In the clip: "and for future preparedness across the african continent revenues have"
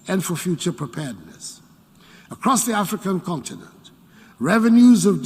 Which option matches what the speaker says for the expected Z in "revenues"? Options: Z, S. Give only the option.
Z